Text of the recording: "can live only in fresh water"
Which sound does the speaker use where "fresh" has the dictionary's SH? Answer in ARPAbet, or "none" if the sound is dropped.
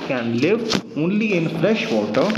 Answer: SH